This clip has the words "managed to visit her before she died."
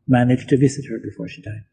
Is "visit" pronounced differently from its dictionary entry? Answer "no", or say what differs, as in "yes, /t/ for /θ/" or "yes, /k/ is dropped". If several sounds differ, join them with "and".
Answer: no